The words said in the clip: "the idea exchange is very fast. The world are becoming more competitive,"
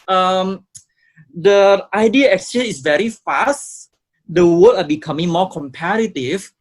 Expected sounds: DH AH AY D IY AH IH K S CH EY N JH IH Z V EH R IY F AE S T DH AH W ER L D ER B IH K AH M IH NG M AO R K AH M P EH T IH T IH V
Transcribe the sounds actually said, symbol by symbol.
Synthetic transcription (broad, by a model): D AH AY D IY AH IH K S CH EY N IH S V EH R IY F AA S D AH W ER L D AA B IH K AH M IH NG M AO K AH M P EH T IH T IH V